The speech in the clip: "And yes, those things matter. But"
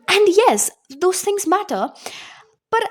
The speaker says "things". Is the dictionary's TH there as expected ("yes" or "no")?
yes